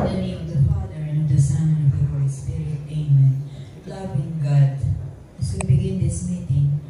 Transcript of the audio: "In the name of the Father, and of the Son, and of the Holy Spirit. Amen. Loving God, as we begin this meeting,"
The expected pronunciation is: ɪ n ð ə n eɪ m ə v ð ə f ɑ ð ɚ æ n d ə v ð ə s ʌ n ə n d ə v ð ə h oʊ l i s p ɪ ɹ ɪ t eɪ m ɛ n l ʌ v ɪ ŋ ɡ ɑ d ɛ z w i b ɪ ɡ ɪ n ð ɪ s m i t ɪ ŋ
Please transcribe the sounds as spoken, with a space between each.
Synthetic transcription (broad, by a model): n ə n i ə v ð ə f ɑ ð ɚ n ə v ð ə s ʌ n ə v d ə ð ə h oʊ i s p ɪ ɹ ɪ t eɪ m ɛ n l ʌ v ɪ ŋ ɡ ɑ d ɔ w i b ɪ ɡ ɪ n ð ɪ s m i t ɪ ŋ